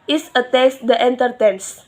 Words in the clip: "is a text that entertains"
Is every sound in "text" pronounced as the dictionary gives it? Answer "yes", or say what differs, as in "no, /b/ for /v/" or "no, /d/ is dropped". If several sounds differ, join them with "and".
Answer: no, /k/ is dropped